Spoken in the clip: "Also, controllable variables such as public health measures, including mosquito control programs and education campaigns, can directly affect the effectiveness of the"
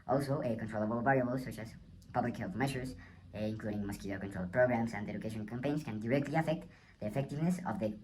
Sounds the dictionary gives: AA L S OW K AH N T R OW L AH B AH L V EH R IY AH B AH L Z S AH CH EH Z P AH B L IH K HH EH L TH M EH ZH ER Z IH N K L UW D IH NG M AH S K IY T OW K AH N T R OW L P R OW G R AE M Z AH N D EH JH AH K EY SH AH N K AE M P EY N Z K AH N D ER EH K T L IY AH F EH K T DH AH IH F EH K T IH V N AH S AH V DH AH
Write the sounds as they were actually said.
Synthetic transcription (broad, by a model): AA L S OW K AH N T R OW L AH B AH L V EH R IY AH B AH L S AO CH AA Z P AH B L IH K HH EH L TH M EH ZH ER S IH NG K L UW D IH NG M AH S K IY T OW K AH N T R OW L P R OW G R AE M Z AH N D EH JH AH K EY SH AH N K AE M P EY N S K AH N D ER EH K T L IY AH F EH K T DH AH IH F EH K T IH V N AH S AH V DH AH